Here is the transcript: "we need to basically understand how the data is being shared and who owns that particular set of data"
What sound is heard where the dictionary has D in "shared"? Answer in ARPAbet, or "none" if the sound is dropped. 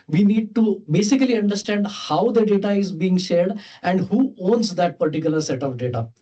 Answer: D